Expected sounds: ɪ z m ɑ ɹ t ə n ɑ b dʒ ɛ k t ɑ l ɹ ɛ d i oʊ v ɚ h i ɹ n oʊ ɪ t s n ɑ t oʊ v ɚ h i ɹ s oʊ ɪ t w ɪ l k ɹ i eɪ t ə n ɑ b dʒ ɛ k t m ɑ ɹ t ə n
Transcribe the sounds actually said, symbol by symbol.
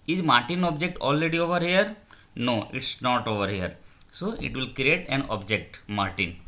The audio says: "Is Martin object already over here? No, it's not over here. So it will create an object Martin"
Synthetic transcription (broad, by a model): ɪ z m ɑ ɹ t ə n ɑ b dʒ ɛ k t ɑ l ɹ ɛ d i oʊ v ɚ h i ɹ n oʊ ɪ t s n ɑ t oʊ v ɚ h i ɹ s oʊ ɪ t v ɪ l k ɹ i eɪ t ə n ɑ b dʒ ɛ k t m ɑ ɹ t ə n